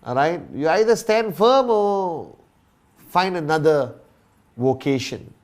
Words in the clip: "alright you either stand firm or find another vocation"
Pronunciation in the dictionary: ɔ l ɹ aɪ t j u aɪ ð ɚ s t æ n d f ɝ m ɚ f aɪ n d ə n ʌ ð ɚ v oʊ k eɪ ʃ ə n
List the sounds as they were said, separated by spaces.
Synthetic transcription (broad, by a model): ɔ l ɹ aɪ t j u aɪ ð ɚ s t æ n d f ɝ m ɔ f aɪ n d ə n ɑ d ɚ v oʊ k eɪ ʃ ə n